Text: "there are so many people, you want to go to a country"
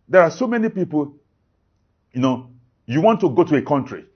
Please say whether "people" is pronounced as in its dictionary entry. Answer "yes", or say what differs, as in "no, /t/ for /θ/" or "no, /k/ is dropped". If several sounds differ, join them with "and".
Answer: no, /n/ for /l/